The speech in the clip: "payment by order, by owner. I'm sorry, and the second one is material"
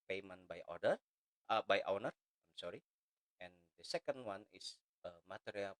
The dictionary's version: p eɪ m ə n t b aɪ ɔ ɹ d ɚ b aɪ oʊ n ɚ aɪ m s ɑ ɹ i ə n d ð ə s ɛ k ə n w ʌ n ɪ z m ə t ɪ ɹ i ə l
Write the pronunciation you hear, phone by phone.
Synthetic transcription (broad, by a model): p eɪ m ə n b aɪ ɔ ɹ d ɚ b aɪ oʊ n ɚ aɪ m s ɑ ɹ i ə n d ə s ɛ k ə n w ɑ n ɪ s m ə t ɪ ɹ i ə l